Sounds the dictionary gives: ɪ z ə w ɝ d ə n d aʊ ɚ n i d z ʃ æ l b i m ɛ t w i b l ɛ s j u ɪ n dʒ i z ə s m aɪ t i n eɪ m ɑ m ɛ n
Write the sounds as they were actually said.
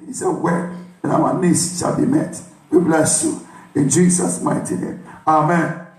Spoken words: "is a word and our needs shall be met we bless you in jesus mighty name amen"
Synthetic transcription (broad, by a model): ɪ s ə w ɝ ə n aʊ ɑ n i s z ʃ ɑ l b i m ɛ t w i b l ɛ s j u ɪ n dʒ i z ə s m aɪ t i n eɪ m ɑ m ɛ n